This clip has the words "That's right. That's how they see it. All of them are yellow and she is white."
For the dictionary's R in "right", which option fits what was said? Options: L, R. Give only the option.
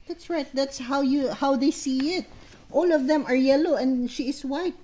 R